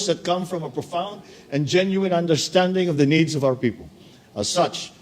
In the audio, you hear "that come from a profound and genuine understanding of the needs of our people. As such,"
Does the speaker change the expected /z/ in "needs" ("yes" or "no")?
no